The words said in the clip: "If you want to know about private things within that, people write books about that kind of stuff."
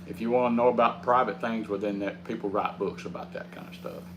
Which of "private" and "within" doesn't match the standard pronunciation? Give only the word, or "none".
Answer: none